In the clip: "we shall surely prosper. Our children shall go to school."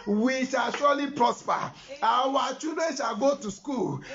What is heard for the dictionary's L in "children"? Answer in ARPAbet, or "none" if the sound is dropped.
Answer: none